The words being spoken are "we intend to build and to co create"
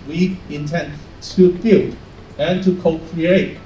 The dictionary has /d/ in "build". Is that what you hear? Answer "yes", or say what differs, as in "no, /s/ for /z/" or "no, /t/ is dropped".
no, /d/ is dropped